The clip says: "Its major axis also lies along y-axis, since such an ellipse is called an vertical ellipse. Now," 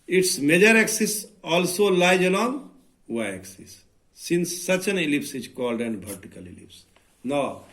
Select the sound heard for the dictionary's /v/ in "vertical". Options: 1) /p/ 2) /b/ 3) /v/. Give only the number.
2